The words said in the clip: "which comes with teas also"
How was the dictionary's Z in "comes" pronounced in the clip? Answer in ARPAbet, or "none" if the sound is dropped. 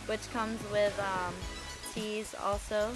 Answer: Z